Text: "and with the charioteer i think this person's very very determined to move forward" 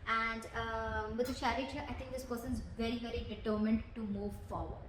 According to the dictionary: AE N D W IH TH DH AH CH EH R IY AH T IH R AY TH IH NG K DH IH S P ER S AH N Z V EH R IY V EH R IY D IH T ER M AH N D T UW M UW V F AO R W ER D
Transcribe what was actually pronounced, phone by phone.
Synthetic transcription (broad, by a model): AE N D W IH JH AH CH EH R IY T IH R AY T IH NG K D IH S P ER S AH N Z V EH R IY V EH R IY D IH T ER M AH N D T UW M UW V F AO R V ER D